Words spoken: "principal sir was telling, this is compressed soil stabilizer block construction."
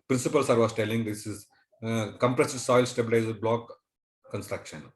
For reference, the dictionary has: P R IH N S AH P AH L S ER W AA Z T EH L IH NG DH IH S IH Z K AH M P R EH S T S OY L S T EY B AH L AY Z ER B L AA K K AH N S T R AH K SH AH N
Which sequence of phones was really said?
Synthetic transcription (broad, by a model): P R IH N S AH P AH L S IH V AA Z T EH L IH NG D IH S IH Z K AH M P R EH S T S OY L S T EY B AH L AY Z ER B L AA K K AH N S T R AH K SH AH N